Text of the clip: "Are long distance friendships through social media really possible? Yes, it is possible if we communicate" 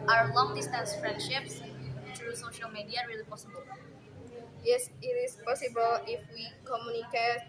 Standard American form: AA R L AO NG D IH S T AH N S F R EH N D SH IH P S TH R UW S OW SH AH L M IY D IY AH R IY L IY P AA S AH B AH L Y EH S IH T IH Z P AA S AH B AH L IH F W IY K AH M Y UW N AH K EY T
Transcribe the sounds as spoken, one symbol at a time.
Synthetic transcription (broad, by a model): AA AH L AO NG D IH S T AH N S F R EH N D SH IH P S T R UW S OW SH AH L M IY D IY AH R IY L IY P AA S AH B AH L Y EH S IH T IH S P AA S AH B AH L IH F W IY K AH M Y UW N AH K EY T